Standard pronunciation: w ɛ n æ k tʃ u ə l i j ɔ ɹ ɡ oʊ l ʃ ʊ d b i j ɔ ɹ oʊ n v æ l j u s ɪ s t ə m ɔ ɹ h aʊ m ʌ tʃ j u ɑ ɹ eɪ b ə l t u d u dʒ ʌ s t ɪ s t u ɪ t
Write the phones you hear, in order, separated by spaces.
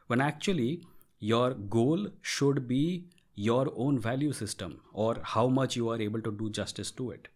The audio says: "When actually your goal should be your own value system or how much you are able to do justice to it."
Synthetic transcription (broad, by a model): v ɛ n æ k tʃ u ə l i j ɔ ɹ ɡ oʊ l ʃ ʊ d b i j ɔ ɹ oʊ n v æ l j u s ɪ s t ə m ɔ ɹ h aʊ m ʌ tʃ j u ɑ ɹ eɪ b ə l t u d u dʒ ʌ s t ɪ s t u ɪ t